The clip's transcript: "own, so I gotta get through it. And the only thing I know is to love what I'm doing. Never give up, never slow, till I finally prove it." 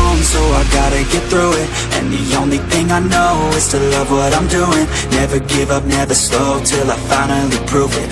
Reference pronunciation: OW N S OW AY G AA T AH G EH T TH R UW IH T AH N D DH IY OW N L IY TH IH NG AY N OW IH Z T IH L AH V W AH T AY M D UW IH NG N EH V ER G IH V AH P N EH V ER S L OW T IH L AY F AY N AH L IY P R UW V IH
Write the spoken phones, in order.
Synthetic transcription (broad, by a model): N S OW AY G AA T AH G EH T TH R UW IH T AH N DH IY OW N L IY TH IH NG AY N OW IH Z T IH L AH V W AH T AY M D UW IH NG N EH V ER G IH V AH P N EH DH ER S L OW T IH L AY F AY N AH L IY P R UW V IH